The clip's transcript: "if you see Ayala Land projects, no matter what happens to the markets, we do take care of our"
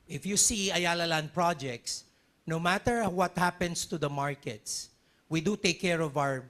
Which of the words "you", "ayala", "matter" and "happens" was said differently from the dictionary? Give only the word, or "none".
happens